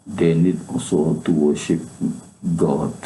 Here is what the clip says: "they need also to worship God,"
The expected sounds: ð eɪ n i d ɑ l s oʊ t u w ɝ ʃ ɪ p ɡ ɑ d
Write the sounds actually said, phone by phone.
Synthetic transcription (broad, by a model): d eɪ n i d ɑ s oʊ t u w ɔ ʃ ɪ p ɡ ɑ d